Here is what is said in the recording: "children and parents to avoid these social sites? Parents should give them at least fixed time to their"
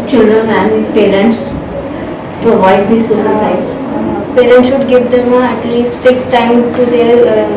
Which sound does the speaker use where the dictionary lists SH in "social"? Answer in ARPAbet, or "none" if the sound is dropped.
S